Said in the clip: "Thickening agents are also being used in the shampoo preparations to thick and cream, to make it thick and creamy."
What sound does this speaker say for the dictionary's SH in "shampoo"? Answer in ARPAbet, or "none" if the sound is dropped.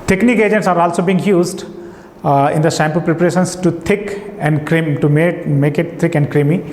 S